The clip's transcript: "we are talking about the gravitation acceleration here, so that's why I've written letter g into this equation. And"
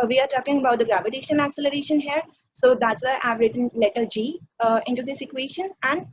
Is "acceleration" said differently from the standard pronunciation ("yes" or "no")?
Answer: no